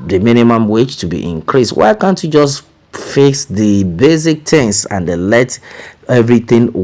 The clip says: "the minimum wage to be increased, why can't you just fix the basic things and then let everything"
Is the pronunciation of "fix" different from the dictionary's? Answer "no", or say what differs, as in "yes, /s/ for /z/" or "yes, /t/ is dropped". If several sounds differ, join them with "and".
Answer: yes, /k/ is dropped